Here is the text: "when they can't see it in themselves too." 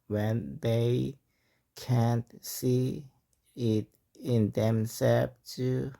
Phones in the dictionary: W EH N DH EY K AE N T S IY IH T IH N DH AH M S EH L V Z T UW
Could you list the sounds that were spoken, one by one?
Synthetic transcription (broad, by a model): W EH N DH EY K AE N T S IY IH T IH N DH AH M S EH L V T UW